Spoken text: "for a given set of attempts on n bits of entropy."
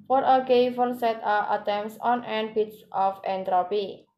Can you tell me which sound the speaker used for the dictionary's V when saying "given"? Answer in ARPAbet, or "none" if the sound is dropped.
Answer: F